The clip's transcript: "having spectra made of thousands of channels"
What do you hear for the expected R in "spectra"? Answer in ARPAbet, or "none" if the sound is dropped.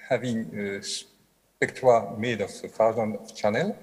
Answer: W